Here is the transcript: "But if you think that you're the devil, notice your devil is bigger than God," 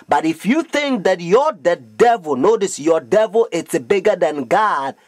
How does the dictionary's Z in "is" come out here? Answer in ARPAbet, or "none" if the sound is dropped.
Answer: S